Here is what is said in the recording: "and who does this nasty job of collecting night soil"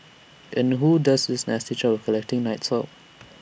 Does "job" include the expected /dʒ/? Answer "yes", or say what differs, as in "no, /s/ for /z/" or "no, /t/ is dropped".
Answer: no, /tʃ/ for /dʒ/